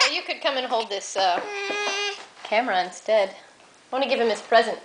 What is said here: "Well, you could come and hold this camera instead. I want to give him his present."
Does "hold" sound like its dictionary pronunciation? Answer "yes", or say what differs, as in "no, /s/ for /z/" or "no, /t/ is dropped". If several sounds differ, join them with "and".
yes